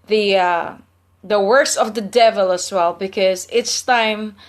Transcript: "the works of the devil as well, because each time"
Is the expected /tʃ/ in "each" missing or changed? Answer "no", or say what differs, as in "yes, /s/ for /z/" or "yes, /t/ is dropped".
yes, /s/ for /tʃ/